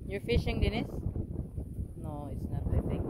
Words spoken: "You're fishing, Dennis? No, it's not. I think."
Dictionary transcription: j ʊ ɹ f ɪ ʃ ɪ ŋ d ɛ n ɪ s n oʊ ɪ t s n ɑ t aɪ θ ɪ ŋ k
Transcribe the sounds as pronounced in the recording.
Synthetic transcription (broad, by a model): j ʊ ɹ f ɪ ʃ ɪ ŋ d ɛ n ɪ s n oʊ ɪ t s n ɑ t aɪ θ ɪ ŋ